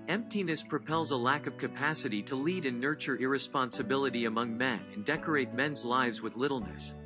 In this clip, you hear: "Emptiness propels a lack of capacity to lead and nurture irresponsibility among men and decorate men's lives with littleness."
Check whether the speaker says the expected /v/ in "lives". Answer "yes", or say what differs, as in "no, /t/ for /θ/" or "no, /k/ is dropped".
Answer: yes